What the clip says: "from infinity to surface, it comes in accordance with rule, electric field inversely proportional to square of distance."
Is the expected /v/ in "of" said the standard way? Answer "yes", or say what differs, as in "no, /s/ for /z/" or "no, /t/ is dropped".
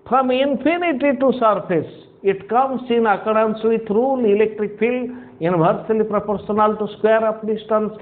no, /p/ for /v/